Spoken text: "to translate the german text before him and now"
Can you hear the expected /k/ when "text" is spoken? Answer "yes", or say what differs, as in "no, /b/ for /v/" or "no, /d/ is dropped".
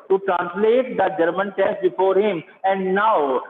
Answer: no, /k/ is dropped